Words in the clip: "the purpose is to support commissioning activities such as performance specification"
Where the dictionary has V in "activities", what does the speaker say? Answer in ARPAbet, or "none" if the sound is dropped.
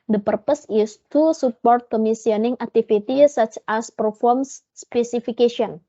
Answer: F